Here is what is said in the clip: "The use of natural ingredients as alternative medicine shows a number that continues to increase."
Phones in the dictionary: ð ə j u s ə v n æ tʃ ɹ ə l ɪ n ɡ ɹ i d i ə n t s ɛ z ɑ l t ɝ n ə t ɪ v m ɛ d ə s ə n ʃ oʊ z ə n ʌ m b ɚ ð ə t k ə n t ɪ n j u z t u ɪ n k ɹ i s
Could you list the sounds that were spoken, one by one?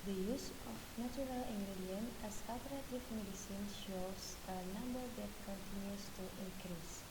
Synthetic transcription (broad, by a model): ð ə j u s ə f n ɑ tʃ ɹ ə l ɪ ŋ ɡ ɹ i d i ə n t ɛ s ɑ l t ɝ ə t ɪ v m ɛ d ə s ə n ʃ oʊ s ə n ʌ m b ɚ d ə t k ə n t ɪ n j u s t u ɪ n k ɹ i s